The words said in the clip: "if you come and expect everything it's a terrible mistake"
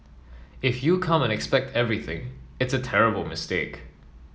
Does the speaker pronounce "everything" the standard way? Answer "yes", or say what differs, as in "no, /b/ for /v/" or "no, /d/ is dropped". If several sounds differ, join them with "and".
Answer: yes